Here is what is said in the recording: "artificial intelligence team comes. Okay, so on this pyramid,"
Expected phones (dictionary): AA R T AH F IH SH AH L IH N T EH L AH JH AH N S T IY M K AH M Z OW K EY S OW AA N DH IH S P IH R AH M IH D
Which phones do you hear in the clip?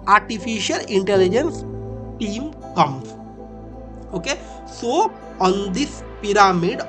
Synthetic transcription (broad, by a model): AA R T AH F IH SH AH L IH N T EH L AH JH AH N S T IY M K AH M OW K EY S OW AA N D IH S P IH R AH M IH D